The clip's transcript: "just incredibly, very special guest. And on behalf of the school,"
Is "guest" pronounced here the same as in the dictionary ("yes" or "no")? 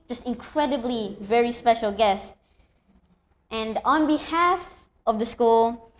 yes